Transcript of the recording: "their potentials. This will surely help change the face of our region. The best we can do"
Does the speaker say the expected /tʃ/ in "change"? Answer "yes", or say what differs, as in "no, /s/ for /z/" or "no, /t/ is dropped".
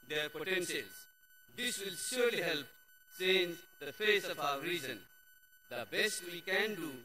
no, /s/ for /tʃ/